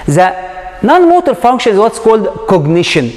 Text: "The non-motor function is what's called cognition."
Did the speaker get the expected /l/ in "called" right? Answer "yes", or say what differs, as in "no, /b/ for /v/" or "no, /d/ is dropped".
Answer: yes